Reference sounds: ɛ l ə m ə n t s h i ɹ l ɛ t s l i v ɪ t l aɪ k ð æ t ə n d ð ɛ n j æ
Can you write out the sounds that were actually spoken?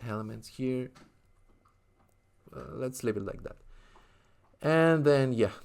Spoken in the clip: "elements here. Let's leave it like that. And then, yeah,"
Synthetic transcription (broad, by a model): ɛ l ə m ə n t s h i ɹ l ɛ t s l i p ɪ t l aɪ k ð æ t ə n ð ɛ n j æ